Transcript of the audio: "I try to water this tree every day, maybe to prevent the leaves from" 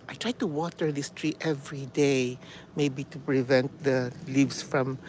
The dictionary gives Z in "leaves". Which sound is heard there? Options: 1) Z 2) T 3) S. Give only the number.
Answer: 3